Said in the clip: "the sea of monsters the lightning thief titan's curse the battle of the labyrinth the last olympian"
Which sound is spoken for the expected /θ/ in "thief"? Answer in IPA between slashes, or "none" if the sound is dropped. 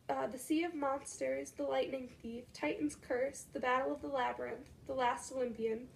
/θ/